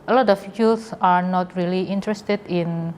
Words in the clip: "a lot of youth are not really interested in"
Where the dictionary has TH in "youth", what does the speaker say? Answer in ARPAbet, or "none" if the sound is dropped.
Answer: S